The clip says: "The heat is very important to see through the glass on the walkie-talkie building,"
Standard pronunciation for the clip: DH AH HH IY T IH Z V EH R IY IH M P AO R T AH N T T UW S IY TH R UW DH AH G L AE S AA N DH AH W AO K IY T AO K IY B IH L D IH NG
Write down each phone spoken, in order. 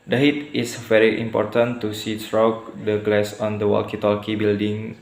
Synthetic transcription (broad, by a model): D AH HH IY T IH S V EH R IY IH M P AO R T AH N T T UW S IY S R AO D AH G L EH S AA N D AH W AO K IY T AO K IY B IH L D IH NG